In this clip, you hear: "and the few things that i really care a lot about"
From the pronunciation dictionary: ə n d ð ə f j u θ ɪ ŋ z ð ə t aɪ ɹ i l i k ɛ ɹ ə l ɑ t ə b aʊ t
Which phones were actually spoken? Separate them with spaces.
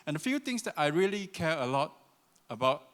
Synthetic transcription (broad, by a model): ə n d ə f j u t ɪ ŋ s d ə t aɪ ɹ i l i k ɛ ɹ ə l ɑ t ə b aʊ t